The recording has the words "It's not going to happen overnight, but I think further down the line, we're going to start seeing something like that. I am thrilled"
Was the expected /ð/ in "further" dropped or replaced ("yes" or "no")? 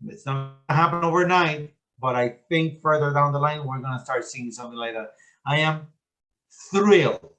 no